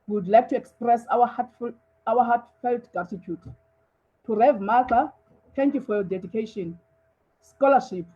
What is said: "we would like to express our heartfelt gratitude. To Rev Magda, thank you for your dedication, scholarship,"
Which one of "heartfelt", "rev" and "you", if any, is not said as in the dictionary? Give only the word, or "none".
heartfelt